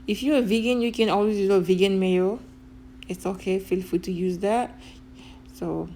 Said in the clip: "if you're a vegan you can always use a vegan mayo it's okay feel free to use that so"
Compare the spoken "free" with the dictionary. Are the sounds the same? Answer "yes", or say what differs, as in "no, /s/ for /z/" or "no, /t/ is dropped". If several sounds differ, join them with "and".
no, /ɹ/ is dropped